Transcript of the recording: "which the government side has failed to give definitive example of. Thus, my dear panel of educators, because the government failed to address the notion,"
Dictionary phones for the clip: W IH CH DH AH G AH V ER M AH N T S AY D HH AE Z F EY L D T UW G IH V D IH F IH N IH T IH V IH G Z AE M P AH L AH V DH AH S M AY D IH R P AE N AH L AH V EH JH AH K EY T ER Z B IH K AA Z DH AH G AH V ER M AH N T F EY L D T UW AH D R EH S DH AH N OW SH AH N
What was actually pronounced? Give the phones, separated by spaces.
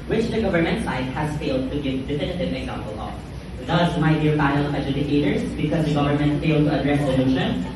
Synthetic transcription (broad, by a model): W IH CH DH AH G AH V ER M AH N T S AY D HH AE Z F EY L D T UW G IH V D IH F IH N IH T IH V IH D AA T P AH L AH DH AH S M AY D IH R B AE AH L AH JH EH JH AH K EY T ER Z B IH K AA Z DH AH G AH V ER M AH N T F EY L D T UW AH D R EH S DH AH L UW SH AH N